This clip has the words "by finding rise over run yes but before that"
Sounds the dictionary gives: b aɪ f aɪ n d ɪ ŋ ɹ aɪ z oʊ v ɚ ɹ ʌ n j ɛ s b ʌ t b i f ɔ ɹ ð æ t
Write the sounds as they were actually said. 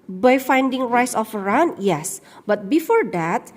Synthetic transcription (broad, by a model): b aɪ f aɪ n d ɪ ŋ ɹ aɪ s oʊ f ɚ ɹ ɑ n j ɛ s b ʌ t b i f ɔ ɹ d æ t